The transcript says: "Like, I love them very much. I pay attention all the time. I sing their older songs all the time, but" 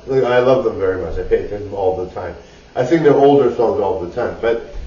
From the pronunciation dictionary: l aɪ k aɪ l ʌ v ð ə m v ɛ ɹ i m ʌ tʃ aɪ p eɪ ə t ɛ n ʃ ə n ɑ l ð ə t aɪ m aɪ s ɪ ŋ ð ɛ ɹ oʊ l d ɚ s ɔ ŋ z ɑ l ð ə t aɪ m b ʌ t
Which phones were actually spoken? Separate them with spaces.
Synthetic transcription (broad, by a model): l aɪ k aɪ l ʌ v ð ə m v ɛ ɹ i m ʌ tʃ aɪ p eɪ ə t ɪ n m ɑ l ð ə t aɪ m aɪ θ ɪ ŋ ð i oʊ l d ɚ s ɔ ŋ z ɑ l ð ə t aɪ m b ʌ t